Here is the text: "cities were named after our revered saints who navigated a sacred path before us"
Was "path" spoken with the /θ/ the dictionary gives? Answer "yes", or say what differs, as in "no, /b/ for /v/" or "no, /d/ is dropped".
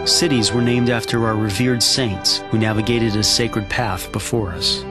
yes